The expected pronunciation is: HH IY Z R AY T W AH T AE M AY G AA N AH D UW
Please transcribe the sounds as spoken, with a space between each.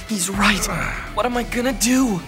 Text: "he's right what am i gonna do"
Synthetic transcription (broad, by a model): HH IY Z R AY T W AH T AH M AY G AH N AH D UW